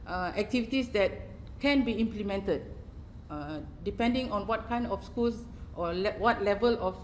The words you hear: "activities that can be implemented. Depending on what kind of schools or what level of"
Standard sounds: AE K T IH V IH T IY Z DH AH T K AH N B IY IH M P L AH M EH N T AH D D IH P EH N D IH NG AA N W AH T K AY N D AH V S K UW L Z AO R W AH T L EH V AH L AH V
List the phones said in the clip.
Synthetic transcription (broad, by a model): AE K T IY V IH T IY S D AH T K AH N B IY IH M P L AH M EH N T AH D D IH P EH N D IH NG AA N W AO T K AY N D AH F S K UW L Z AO L W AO T L EH V AH L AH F